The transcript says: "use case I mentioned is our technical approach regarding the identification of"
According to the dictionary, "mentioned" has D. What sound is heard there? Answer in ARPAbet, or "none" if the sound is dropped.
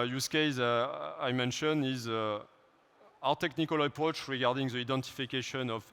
none